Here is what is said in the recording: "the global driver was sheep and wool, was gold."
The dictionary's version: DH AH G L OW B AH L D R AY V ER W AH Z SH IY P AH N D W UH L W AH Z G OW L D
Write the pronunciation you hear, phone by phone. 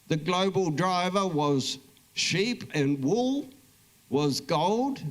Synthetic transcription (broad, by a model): DH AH G L OW B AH L D R AY V ER W AH Z SH IY P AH N W UH L W AH Z G OW L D